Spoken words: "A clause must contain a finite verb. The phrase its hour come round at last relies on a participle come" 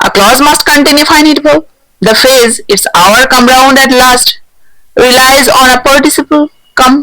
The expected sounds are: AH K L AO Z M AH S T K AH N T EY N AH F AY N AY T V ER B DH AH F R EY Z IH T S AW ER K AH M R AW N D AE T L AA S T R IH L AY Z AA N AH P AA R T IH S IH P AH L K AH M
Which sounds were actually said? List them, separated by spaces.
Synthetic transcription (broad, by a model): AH K L AO Z M AH S T K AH N T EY N AH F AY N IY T B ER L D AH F EY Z IH T S AW ER K AH M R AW N D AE T L AA S T R IH L AY Z AA N AH P AA R T IH S IH P AH L K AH M